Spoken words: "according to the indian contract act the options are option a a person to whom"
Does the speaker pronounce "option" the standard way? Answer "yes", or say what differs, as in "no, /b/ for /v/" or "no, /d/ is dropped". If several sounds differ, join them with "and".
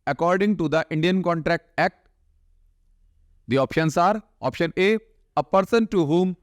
yes